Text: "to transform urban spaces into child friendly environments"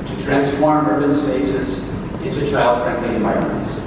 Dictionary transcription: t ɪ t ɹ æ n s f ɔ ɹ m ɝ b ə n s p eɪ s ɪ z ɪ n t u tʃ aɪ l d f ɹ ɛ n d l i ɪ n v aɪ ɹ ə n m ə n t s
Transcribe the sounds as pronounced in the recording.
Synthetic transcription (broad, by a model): t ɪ t ɹ æ n s f ɔ ɹ m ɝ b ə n s p eɪ s ɪ z ɪ n t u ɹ aɪ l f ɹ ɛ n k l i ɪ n v aɪ ɹ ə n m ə n t s